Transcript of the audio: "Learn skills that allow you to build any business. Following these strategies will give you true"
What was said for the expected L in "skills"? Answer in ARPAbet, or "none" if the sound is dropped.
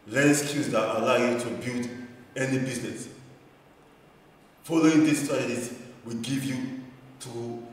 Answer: none